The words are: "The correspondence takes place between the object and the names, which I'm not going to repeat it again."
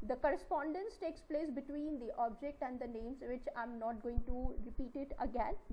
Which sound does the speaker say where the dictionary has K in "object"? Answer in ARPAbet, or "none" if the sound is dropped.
K